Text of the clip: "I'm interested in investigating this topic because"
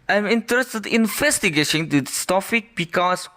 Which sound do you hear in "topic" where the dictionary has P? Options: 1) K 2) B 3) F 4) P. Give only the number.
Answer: 3